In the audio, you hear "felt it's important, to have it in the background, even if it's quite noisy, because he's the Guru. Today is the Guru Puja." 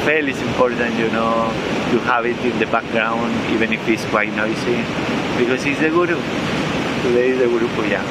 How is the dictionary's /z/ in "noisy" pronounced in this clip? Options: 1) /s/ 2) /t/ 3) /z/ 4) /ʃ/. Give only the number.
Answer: 1